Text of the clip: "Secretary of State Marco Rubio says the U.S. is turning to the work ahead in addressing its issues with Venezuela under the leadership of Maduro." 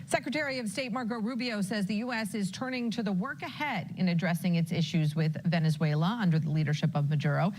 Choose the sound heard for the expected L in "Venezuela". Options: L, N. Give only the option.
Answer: L